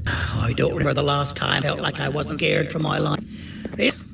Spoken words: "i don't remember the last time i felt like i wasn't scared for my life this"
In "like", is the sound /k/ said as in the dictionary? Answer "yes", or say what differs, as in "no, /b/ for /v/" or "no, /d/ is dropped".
yes